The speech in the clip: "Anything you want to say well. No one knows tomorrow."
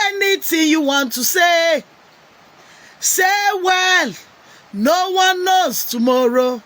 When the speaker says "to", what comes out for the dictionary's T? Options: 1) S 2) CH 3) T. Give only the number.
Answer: 1